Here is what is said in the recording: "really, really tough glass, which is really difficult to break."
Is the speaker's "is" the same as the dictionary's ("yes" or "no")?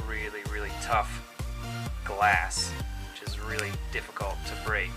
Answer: yes